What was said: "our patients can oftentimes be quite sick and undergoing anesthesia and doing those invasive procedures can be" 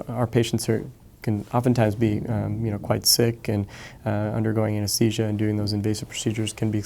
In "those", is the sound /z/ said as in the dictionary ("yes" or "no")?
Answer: yes